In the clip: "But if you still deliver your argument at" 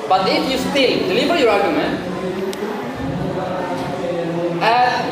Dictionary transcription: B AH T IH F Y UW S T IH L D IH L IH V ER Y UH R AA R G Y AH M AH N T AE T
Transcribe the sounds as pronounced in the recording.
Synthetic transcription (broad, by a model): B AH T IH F Y UW S T IH L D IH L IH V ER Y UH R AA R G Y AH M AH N AE